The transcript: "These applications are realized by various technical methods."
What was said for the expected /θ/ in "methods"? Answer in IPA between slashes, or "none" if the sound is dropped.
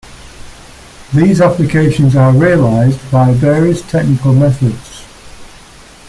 /θ/